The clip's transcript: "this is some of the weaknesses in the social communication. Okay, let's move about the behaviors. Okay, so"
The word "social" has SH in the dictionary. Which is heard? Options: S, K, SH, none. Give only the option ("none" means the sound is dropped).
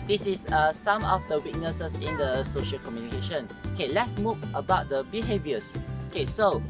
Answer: SH